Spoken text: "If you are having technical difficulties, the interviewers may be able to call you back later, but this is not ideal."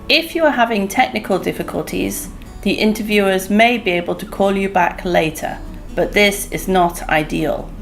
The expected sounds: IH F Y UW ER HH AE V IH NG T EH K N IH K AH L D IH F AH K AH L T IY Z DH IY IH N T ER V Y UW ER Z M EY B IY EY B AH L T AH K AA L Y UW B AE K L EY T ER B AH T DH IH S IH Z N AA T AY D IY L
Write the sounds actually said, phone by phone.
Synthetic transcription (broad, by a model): IH F Y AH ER HH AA V IH NG T EH K N IH K AH L D IH F AH K AH L T IY Z DH IY IH N T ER V Y UW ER Z M EY B IY EY B AH L T AH K AA L Y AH B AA K L EY T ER B AH T DH IH S IH Z N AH T AY D IY L